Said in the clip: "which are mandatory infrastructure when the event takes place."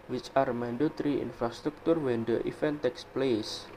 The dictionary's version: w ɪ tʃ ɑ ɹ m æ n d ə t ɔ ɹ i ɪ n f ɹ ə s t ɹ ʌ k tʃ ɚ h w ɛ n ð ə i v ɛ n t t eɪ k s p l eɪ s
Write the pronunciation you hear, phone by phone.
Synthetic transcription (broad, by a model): w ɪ tʃ ɑ ɹ m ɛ n d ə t ɹ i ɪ n f ɹ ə s t ɹ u k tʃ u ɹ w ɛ n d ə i f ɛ n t t eɪ k s p l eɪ s